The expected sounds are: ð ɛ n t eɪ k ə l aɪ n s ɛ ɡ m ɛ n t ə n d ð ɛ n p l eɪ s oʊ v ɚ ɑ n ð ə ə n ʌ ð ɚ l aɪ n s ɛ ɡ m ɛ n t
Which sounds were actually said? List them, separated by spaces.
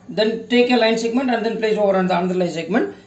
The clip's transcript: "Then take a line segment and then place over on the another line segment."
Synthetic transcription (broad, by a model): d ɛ n t eɪ k ə l aɪ n s ɛ ɡ m ɛ n t ə n d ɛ n p l eɪ s oʊ v ɚ ɑ n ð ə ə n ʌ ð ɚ l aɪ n s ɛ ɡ m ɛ n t